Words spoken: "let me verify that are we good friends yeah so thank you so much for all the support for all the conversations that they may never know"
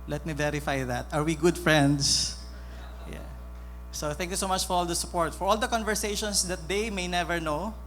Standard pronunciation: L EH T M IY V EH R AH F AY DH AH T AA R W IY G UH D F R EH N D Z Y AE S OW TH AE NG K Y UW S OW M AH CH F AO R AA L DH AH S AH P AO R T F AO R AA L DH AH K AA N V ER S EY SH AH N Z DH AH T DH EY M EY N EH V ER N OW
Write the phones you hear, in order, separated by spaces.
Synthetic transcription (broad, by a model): L EH T M IY V EH R AH F AY DH AH T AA R W IY G UH D F R EH N D S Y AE S OW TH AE NG K Y UW S OW M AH CH F AO R AA L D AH S AH P AO R T F AO R AA L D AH K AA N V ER S EY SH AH N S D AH T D EY M EY N EH V ER N OW